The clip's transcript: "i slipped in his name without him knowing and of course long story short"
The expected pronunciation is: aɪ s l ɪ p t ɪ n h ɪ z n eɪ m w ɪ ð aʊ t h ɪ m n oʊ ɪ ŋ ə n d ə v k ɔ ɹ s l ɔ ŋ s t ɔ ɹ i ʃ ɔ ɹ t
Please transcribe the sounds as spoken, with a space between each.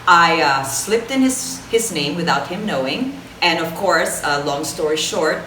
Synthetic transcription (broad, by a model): aɪ s l ɪ p t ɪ n h ɪ z n eɪ m w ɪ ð aʊ t h ɪ m n oʊ ɪ ŋ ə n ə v k ɔ ɹ s l ɔ ŋ s t ɔ ɹ i ʃ ɔ ɹ t